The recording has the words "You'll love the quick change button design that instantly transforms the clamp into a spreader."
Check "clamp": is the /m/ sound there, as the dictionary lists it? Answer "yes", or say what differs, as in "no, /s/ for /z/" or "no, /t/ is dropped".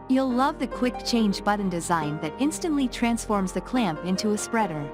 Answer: yes